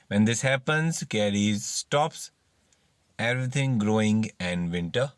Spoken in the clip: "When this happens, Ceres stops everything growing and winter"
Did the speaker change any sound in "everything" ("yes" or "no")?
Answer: yes